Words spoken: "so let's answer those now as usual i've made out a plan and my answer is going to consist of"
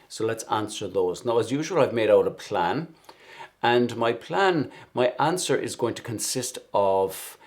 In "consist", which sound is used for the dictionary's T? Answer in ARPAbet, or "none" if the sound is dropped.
T